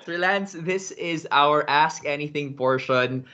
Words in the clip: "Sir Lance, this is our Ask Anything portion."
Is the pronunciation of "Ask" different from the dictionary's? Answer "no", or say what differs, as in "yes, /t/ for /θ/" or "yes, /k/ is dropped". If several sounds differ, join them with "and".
no